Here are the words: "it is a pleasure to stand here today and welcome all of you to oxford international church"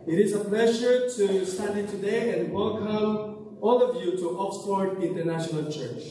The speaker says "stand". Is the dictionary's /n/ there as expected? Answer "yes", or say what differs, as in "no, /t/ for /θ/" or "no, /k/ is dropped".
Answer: no, /n/ is dropped